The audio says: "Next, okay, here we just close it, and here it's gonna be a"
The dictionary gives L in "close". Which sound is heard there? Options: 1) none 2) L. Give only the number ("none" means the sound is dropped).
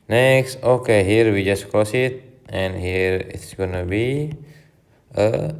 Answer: 1